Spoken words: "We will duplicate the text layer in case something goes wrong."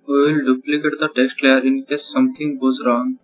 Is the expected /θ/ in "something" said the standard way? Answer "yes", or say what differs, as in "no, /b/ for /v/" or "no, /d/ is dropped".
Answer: no, /t/ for /θ/